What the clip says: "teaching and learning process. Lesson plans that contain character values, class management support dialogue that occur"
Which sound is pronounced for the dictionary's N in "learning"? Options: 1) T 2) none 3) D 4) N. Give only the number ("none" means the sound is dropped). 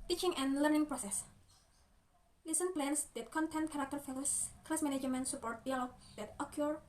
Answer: 4